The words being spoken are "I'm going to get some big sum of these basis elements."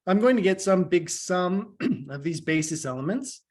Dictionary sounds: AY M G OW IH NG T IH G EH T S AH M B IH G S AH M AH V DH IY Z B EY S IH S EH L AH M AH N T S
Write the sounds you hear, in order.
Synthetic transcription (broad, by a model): AY M G OW IH NG T IH G EH T S AH M B IH G S AH M AH V DH IY Z B EY S IH S EH L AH M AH N T S